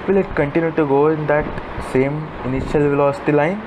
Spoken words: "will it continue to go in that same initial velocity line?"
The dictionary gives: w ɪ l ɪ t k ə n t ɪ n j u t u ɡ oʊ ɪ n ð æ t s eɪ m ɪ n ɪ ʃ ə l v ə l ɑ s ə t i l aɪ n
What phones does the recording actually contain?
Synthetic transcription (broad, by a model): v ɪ l ɪ t k ə n t ɪ n j u t u ɡ oʊ ɪ n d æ t s eɪ m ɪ n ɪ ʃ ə l v ə l ɑ s ə t i l aɪ n